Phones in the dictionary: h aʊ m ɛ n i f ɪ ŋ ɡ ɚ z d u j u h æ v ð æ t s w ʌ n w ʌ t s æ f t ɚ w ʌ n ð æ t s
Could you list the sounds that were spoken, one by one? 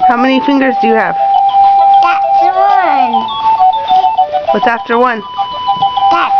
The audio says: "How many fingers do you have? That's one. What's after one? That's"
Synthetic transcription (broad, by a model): h aʊ m ɛ n i f ɪ ŋ ɡ ɚ z d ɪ j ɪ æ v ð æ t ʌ w ʌ n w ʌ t æ f t ɚ w ʌ n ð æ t